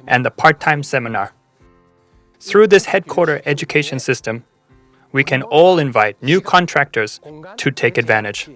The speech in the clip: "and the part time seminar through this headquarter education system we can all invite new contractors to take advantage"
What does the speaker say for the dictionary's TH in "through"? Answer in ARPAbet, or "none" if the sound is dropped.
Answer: TH